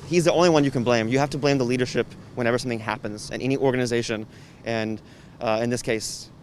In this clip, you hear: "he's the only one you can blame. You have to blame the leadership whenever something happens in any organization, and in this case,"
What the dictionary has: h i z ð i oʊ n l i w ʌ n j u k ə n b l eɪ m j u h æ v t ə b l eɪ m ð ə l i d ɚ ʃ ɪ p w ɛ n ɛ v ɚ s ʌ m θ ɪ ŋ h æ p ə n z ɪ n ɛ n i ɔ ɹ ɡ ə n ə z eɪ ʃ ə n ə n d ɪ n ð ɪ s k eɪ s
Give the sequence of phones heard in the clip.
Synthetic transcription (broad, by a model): h i z ð i oʊ n l i w ʌ n j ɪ k ə n b l eɪ m j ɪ h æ f t ə b l eɪ m ð ə l i d ɚ ʃ ɪ p w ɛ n ɛ v ɚ s ʌ m θ ɪ ŋ h æ p ə n z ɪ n ɛ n i ɔ ɹ ɡ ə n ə z eɪ ʃ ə n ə n ɪ n ð ɪ s k eɪ s